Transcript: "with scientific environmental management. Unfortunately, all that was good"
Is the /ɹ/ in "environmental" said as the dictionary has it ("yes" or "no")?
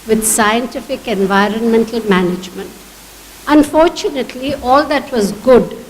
yes